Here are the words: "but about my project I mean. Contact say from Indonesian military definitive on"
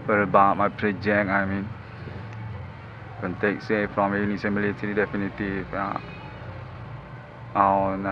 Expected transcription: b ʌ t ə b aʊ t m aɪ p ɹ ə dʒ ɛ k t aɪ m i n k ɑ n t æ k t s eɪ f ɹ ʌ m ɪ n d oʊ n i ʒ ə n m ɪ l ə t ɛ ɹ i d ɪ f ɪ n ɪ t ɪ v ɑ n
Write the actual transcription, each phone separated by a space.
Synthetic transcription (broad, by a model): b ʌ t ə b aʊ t m aɪ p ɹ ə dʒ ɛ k aɪ m i n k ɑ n t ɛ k s eɪ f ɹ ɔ m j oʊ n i s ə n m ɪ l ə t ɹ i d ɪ f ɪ n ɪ t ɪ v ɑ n